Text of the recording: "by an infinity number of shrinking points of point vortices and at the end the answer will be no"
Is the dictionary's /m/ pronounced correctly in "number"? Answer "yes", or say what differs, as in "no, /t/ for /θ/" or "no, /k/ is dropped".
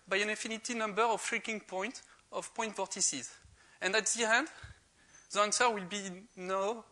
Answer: yes